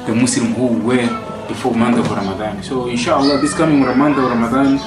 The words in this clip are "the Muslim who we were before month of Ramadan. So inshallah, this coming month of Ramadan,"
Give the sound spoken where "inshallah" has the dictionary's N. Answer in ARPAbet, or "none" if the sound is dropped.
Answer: N